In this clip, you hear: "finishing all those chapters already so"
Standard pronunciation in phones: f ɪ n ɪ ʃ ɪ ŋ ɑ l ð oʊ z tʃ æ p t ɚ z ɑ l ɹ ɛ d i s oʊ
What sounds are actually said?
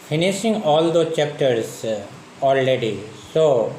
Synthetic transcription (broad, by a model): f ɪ n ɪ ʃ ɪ ŋ ɑ l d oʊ tʃ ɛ p t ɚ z ɑ l ɹ ɛ d i s oʊ